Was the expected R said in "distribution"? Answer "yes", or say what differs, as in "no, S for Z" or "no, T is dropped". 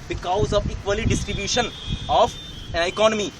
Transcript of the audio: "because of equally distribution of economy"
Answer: yes